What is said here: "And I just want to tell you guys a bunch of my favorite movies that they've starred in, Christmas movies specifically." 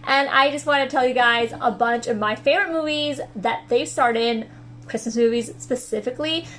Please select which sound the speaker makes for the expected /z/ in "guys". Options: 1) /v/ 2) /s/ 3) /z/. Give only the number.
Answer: 3